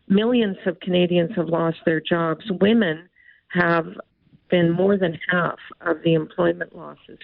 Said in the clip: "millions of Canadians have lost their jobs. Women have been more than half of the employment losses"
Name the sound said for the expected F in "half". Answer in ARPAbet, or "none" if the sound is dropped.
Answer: F